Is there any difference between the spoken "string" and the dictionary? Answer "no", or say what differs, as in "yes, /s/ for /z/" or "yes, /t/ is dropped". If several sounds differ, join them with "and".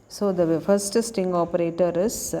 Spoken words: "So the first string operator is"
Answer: yes, /ɹ/ is dropped